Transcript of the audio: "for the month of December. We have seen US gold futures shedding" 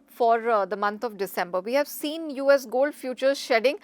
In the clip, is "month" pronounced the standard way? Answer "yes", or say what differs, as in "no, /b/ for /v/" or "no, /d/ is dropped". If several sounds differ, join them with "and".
no, /t/ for /θ/